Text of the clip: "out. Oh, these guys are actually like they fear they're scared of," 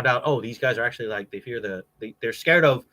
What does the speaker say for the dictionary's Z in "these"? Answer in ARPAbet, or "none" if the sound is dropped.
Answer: Z